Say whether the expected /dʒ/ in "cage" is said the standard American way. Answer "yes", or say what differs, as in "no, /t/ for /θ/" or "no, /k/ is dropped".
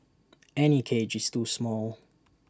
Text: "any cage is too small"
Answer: yes